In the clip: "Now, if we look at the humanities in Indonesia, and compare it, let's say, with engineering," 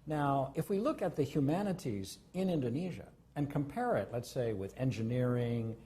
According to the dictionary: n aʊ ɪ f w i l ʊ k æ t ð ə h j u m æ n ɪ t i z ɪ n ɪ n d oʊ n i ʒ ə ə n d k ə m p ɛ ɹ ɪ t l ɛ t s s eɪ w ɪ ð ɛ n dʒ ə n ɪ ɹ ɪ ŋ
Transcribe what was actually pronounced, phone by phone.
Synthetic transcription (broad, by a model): n aʊ ɪ f w i l ʊ k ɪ t ð ə h j u m æ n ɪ t i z ɪ n ɪ n d oʊ n i ʒ ə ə n k ə m p ɛ ɹ ɪ t l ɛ t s s eɪ w ɪ ð ɛ n dʒ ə n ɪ ɹ ɪ ŋ